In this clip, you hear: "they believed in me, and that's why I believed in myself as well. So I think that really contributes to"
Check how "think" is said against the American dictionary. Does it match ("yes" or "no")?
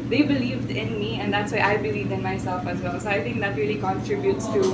no